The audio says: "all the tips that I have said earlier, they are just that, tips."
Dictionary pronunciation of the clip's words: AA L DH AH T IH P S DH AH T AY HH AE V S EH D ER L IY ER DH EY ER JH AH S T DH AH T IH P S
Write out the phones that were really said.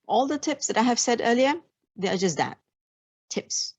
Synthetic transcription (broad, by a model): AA L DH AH T IH P S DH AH T AY HH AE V S EH D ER L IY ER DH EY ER JH AH S T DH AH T IH P S